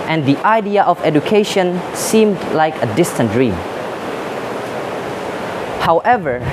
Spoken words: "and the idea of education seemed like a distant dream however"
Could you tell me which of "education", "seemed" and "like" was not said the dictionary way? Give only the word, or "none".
none